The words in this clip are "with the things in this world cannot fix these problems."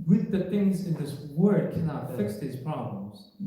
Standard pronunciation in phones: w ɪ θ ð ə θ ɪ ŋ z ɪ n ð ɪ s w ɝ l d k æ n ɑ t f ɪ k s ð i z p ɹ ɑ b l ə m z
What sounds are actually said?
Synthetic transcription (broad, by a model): w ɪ ð ə θ ɪ ŋ z ɪ n ð ɪ s w ɝ d k æ n ɑ t f ɪ k s ð i z p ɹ ɑ b l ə m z